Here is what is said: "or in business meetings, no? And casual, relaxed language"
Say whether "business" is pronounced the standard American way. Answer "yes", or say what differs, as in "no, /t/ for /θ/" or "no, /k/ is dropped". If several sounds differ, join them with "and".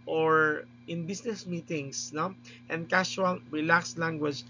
no, /s/ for /z/